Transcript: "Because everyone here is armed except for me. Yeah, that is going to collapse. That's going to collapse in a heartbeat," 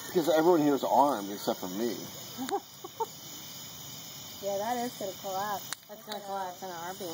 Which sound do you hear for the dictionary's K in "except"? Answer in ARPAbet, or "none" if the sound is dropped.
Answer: none